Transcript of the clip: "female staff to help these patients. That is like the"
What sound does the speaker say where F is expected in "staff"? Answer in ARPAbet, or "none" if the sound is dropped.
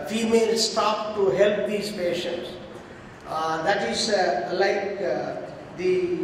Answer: P